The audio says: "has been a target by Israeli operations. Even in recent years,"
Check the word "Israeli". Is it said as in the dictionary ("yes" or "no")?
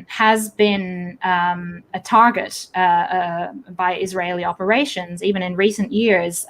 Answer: yes